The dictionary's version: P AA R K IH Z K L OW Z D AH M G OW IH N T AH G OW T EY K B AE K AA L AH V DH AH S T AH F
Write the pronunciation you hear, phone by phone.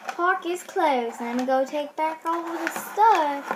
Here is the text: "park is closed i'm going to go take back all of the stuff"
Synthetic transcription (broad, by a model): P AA R K IH Z K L OW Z AH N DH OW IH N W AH G OW T EY K B AE K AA W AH DH AH S T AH